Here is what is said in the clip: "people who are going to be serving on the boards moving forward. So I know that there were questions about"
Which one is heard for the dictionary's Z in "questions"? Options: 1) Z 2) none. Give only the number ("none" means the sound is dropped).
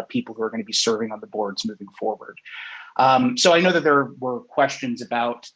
1